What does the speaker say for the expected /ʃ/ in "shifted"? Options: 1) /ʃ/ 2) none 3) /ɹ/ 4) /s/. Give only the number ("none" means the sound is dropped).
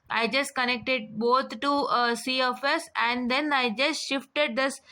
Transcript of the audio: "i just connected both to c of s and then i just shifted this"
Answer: 1